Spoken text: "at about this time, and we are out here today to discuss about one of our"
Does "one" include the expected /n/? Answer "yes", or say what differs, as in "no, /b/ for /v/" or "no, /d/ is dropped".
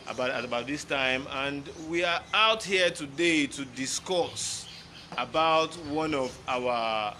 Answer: yes